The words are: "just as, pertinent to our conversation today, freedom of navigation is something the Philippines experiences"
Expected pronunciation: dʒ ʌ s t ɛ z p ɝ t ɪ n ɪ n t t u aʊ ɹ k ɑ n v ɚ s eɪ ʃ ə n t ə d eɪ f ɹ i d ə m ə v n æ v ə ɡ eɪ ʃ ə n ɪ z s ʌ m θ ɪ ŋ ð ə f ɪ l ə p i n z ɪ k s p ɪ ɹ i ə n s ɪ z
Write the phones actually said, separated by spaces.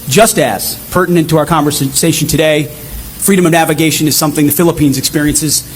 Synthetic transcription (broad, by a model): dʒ ʌ s t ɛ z p ɝ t n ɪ n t t u aʊ ɹ k ɑ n v ɚ s eɪ ʃ n t ə d eɪ f ɹ i d ə m ə v n æ v ə ɡ eɪ ʃ ə n ɪ z s ʌ m θ ɪ ŋ ð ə f ɪ l ə p i n z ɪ k s p ɪ ɹ i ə n s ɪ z